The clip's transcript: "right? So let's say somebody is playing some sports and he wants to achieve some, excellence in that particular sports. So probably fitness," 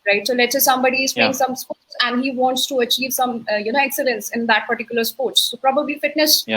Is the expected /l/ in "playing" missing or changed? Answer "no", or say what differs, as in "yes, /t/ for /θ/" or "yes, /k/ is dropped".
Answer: yes, /l/ is dropped